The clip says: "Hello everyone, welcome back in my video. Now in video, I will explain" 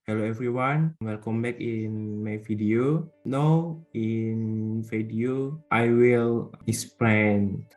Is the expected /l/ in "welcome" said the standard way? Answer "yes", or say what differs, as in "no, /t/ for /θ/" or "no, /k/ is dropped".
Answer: no, /n/ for /l/